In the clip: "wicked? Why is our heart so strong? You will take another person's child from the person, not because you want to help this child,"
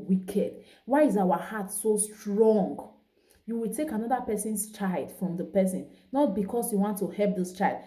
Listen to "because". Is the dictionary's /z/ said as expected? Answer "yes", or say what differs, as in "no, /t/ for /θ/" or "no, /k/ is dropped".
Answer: no, /s/ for /z/